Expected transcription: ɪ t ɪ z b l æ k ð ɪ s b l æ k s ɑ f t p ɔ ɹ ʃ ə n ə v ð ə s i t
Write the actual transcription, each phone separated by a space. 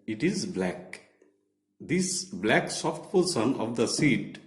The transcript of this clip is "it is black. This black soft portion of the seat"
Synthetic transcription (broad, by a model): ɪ t ɪ z b l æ k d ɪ s b l æ k s ɑ f t p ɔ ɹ s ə n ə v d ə s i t